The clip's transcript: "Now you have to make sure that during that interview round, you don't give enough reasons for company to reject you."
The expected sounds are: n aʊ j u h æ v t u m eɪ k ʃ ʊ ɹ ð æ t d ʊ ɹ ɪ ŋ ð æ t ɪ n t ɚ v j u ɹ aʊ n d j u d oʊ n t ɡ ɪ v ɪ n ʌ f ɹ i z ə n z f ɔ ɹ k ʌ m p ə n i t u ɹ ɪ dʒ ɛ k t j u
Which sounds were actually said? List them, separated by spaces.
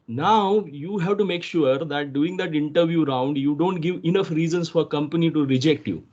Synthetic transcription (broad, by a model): n aʊ j u h æ v t u m eɪ k ʃ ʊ ɹ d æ t d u ɪ ŋ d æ t ɪ n t ɚ v j u ɹ aʊ n d j u d oʊ n t ɡ ɪ v ɪ n ʌ f ɹ i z ə n s f ɔ ɹ k ʌ m p ə n i t u ɹ ɪ dʒ ɛ k t j u